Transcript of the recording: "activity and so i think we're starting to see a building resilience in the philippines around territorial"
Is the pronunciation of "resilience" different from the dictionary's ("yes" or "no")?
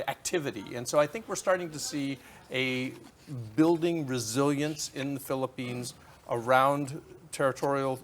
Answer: no